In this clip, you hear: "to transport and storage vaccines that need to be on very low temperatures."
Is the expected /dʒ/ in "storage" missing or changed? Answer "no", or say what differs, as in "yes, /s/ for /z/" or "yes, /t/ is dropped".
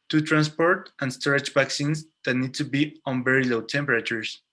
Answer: yes, /tʃ/ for /dʒ/